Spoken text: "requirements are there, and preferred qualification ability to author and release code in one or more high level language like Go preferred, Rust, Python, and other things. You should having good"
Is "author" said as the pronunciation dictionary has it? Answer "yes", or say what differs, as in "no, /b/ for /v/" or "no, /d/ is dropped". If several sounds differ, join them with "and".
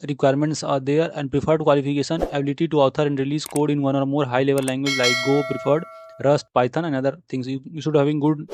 no, /t/ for /θ/